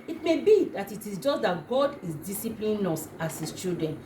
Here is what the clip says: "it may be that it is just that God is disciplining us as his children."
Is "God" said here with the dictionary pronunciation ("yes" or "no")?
yes